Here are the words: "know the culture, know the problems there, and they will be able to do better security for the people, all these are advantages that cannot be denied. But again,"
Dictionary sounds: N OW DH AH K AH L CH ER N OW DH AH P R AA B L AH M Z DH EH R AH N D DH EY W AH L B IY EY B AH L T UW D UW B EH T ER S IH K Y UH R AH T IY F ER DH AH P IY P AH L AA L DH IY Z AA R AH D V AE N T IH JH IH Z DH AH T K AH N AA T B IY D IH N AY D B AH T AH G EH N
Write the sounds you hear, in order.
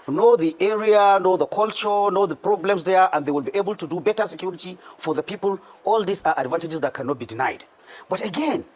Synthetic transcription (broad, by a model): N OW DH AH K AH L CH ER N OW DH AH P R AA B L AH M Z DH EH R AH N D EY W AH L B IY EY B AH L T UW D UW B EH T ER S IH K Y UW R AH T IY F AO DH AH P IY P AH L AA L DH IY S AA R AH D V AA N T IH JH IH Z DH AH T K AH N AA T B IY D IH N AY D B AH T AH G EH N